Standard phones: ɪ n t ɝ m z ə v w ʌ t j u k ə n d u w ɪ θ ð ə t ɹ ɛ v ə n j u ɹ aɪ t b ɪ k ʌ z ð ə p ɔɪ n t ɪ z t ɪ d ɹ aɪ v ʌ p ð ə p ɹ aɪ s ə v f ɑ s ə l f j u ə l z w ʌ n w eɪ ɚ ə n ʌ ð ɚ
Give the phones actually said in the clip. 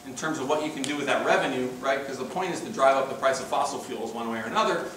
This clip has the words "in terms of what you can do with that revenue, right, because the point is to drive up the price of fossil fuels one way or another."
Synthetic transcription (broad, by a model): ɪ n t ɝ m z ə v w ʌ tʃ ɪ k ə n d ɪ w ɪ ð ə t ɹ ɛ v ə n j u ɹ aɪ t k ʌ z ð ə p ɔɪ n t ɪ z t ɪ d ɹ aɪ v ʌ p ð ə p ɹ aɪ s ə v f ɑ s l f j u l z w ʌ n w eɪ ɚ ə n ʌ ð ɚ